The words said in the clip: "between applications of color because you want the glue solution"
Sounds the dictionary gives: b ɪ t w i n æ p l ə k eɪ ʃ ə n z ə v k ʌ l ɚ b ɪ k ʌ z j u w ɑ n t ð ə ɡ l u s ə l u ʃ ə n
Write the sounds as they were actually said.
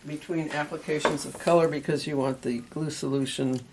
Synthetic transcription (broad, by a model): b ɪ t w i n æ p l ə k eɪ ʃ ə n z ə v k ʌ l ɚ b ɪ k ʌ z j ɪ w ɑ n ð ə ɡ l u s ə l u ʃ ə n